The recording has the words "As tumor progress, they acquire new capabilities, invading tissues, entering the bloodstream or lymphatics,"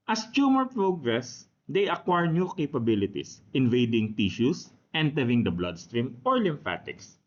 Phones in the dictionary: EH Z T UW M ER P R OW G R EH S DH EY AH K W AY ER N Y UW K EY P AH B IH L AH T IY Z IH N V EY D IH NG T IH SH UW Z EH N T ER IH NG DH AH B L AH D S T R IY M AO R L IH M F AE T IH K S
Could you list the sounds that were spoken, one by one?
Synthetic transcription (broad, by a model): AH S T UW M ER P R OW G R EH S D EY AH K W AY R N Y UW K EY P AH B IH L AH T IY S IH N V EY D IH NG T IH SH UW S EH N T ER IH NG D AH B L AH D S T R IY M AO R L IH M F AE T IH K S